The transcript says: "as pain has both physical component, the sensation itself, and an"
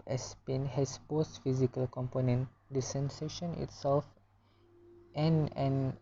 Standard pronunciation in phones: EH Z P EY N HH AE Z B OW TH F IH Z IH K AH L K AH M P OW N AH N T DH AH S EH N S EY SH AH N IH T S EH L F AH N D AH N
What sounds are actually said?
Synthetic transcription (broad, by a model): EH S P EY N HH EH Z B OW S F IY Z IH K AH L K AH M P OW N AH N T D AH S EH N S EY SH AH N IH T S EH L F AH N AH N